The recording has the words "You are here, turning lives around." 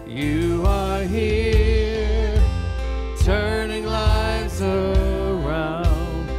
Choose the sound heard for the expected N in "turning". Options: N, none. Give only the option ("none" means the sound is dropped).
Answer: N